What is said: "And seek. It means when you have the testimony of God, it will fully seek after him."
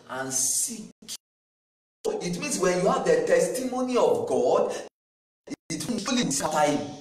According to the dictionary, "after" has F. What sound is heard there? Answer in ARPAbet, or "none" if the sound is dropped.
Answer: none